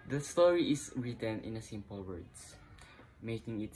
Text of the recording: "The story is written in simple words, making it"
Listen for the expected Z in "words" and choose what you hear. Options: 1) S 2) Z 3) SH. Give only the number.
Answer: 1